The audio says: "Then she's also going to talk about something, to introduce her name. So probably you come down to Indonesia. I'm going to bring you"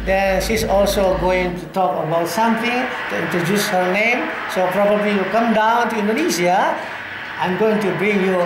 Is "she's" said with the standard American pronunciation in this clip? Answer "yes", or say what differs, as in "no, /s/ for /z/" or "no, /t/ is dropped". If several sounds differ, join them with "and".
no, /s/ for /z/